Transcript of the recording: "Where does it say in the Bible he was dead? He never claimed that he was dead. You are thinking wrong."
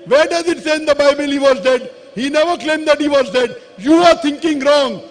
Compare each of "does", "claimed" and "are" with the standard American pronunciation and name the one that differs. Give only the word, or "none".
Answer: none